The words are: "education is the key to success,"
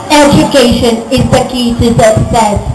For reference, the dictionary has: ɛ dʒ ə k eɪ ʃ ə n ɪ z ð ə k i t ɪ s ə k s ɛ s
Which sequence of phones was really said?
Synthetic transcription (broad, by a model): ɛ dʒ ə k eɪ ʃ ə n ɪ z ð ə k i s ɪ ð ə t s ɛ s